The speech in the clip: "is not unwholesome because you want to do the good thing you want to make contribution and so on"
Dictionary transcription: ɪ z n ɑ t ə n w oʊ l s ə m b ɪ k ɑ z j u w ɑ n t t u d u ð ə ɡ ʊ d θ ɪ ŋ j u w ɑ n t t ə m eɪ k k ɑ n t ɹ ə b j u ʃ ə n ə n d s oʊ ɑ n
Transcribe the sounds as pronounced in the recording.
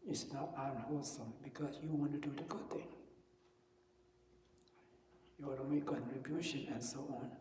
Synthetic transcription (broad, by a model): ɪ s n ɑ t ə n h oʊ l s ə m b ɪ k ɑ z j u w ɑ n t t u d u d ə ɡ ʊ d t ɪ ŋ j u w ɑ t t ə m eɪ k k ɑ n t ɹ ə b j u ʃ ə n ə n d s oʊ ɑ n